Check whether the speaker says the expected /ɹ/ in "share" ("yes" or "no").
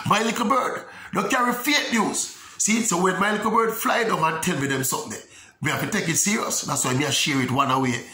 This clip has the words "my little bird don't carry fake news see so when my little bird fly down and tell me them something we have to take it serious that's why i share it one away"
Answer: yes